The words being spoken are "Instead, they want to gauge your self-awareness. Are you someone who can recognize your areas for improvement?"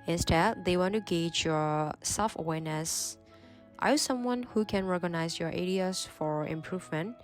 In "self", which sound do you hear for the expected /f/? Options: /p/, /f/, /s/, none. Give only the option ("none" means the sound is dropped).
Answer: /f/